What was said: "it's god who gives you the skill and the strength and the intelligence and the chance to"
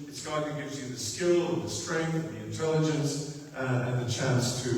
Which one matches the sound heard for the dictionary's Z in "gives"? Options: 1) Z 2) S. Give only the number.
1